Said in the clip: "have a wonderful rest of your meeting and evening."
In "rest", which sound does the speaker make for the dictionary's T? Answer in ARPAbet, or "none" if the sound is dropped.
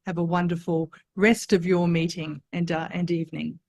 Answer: T